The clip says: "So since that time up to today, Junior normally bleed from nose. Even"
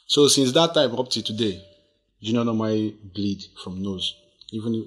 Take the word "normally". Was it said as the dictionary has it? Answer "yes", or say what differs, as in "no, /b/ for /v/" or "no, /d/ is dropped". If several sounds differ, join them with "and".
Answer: no, /l/ is dropped